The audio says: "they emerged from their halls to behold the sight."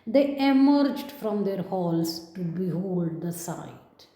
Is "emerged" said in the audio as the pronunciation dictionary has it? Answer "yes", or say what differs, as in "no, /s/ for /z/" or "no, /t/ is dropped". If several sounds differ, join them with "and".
yes